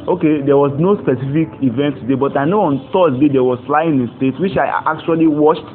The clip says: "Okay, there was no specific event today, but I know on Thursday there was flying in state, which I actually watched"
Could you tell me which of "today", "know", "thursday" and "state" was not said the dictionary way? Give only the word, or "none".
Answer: thursday